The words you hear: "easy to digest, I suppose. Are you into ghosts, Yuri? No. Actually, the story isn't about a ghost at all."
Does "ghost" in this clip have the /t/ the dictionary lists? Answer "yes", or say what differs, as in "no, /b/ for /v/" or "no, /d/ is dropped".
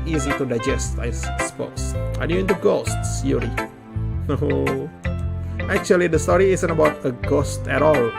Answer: yes